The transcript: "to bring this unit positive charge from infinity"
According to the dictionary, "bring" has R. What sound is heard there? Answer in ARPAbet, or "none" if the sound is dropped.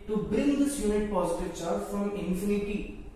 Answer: none